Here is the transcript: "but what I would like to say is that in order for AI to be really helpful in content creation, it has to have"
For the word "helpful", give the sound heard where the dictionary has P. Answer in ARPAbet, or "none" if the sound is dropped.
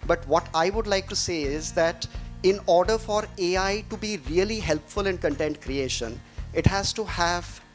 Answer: P